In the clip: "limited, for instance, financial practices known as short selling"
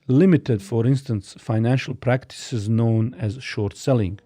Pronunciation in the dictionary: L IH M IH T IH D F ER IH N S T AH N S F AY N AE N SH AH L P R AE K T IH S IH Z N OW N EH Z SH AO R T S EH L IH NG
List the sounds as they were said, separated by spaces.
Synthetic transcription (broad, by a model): L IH M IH T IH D F ER IH N S T AH N S F AY N AE N SH AH L P R AE K T IH S IH Z N OW N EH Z SH AO R T S EH L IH NG